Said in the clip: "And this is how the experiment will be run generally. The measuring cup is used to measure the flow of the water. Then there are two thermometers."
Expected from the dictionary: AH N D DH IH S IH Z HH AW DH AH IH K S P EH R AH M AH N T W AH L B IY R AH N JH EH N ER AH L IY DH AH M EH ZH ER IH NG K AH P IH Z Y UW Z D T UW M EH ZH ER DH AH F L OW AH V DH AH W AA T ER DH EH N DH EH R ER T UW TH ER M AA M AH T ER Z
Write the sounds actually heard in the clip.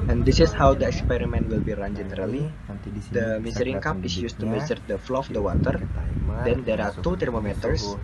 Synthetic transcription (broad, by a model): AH N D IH S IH S HH AW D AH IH K S P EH R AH M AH N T W AH L B IY R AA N JH EH N ER AH L IY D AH M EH Z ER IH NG K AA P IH S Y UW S T UW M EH Z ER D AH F L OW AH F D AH W AA T ER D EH N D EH R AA T UW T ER M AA M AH T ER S